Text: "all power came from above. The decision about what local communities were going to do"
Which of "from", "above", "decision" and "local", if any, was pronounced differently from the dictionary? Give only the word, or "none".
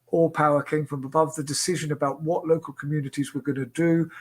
none